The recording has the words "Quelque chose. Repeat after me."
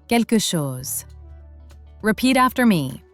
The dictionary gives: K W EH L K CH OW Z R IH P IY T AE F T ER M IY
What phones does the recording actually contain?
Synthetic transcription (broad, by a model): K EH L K SH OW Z R IH P IY T AE F T ER M IY